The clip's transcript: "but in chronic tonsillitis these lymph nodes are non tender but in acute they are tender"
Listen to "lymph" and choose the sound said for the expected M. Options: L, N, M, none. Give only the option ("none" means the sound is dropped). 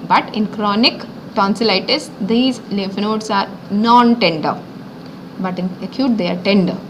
none